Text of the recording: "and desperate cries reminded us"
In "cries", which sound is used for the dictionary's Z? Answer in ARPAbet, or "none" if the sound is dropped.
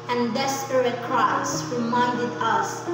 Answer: S